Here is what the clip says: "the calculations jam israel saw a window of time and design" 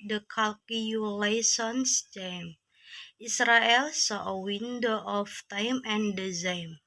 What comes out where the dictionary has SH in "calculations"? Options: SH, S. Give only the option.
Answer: S